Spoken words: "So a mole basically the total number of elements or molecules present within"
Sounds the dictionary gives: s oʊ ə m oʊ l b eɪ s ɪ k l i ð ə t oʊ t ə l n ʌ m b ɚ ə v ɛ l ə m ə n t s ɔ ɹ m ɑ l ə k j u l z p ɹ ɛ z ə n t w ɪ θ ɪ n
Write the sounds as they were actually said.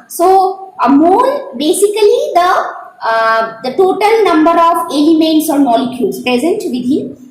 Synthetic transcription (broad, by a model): s oʊ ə m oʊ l b eɪ s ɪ k l i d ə t oʊ t ə l n ʌ m b ɚ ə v ɛ l ə m ə n t s ɔ ɹ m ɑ l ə k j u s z p ɹ ɛ z ə n t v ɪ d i